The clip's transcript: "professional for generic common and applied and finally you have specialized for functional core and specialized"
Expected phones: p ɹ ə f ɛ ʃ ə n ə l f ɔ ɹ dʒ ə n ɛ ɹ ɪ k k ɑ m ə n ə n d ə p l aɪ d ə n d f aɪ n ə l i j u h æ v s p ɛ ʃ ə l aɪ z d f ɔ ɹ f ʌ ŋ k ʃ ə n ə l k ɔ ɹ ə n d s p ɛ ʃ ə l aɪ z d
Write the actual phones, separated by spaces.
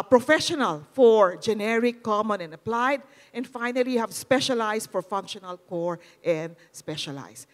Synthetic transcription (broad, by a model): p ɹ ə f ɛ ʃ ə n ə l f ɔ ɹ dʒ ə n ɛ ɹ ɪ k k ɑ m ə n ə n d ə p l aɪ d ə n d f aɪ n ə l i h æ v s p ɛ ʃ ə l aɪ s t f ɔ ɹ f ʌ ŋ k ʃ ə n ə l k ɔ ɹ ə n d s p ɛ ʃ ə l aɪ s